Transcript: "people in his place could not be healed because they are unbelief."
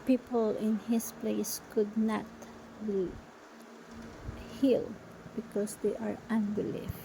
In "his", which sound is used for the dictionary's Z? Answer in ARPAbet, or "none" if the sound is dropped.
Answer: S